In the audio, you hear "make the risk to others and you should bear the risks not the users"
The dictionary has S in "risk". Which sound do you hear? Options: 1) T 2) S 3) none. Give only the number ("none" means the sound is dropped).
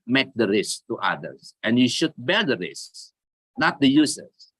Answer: 2